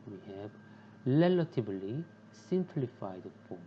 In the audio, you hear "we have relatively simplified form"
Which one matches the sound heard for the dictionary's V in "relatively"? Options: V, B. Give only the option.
B